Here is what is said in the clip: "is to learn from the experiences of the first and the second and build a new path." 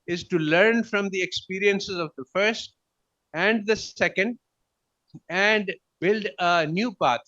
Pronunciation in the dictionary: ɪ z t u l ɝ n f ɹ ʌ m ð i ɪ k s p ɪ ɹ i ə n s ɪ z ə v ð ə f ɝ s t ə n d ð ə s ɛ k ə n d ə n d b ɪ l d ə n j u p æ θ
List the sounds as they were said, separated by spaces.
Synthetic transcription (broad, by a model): ɪ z t u l ɝ n f ɹ ʌ m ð i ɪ k s p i ɹ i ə n s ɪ z ə v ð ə f ɝ s t ə n d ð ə s ɛ k ə n d ə n d b ɪ l d ə n j u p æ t